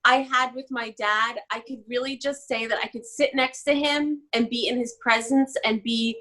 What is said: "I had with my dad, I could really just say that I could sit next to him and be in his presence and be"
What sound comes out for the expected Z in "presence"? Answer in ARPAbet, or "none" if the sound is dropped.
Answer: Z